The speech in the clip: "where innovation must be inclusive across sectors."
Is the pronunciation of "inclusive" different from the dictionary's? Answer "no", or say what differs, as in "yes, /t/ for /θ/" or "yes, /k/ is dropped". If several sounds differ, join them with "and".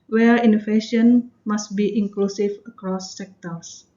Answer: yes, /f/ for /v/